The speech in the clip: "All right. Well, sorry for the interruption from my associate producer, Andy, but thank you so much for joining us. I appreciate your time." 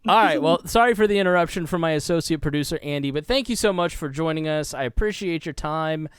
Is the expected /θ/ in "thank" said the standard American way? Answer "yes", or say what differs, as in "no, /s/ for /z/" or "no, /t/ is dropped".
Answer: yes